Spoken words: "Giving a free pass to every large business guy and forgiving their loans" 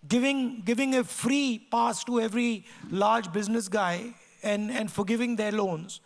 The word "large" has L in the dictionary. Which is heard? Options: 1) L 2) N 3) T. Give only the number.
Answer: 1